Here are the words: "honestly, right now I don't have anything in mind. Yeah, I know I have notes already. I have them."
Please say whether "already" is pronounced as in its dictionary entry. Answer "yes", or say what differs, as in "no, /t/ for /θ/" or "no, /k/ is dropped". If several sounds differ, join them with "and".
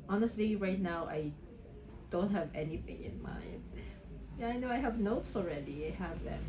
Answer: yes